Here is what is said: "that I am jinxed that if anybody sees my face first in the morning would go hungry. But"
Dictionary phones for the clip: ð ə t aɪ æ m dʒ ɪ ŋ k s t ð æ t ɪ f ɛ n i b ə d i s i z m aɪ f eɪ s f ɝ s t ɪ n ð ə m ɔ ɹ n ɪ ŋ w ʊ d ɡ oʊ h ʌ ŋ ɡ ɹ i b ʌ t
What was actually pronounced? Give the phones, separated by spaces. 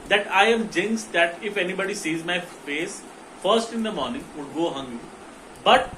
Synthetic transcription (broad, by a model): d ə t aɪ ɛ m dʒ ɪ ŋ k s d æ t ɪ f ɛ n i b ə d i s i z m aɪ f eɪ s f ɝ s t ɪ n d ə m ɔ ɹ n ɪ ŋ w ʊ d ɡ oʊ h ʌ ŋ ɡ i b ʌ t